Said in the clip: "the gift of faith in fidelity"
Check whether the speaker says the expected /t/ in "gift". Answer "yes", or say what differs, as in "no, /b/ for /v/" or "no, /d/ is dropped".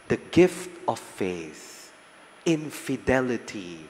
yes